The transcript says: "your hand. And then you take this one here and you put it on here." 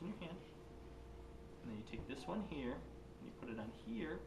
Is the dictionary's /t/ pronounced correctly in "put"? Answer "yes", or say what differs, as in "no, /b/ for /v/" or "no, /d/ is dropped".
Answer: yes